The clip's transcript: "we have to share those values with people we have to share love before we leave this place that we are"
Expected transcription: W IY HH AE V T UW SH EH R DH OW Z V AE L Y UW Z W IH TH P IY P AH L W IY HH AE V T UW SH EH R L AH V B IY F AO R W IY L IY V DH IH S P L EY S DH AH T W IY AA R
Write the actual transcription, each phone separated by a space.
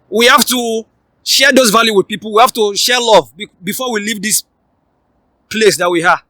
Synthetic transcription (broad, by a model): W IY HH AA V T UW SH EH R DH OW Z V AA L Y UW W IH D P IY P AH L W IY HH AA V T UW SH EH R L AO V B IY F AO W IY L IY V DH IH S P L EY S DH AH T W IY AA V